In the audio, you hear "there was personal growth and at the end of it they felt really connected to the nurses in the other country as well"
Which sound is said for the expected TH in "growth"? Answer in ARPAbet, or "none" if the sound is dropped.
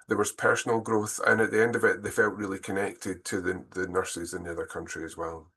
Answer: TH